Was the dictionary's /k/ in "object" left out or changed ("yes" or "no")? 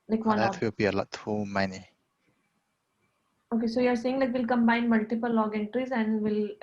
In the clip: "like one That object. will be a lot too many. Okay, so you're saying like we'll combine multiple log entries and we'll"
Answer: yes